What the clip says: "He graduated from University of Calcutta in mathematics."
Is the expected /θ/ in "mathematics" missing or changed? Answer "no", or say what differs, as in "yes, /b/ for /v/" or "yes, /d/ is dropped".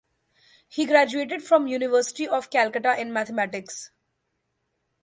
yes, /t/ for /θ/